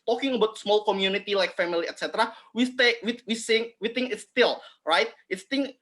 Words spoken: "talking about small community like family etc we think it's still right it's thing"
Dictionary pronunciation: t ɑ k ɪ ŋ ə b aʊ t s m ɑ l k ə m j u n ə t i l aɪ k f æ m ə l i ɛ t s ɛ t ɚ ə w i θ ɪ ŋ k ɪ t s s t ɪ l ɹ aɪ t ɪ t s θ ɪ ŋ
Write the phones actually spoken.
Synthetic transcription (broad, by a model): t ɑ k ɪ ŋ ə b aʊ t s m ɑ l k ə m j u n ə t i l aɪ k f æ m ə l i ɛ t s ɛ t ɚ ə w i s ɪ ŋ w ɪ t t s t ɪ l ɹ aɪ t ɪ t s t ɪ ŋ